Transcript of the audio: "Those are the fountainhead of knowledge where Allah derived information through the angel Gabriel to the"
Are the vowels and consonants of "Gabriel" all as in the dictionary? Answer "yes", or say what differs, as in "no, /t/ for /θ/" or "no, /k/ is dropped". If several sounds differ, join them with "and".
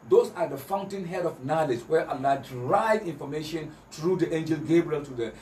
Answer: yes